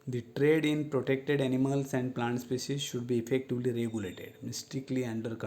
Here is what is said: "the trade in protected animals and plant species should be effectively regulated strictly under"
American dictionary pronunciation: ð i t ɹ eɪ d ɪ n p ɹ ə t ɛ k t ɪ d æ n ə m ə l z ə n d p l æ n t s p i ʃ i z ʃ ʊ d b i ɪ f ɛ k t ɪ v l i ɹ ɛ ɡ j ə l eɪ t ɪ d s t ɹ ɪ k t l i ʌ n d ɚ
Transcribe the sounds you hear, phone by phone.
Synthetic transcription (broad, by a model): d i t ɹ eɪ d ɪ n p ɹ ə t ɛ k t ɪ d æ n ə m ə l s ə n d p l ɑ n t s p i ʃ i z ʃ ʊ d b i ɪ f ɛ k t ɪ v l i ɹ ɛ ɡ j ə l eɪ t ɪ d s t ɪ k l i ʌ n d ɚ